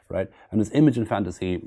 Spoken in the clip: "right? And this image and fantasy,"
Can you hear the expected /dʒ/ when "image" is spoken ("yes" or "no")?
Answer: yes